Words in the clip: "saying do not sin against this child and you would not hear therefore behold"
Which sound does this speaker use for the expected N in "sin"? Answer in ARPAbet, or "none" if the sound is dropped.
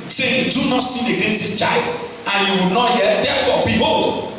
none